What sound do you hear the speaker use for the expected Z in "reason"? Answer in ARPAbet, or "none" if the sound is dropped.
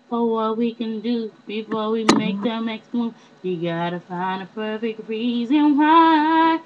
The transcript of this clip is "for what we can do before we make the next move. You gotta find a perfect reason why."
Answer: Z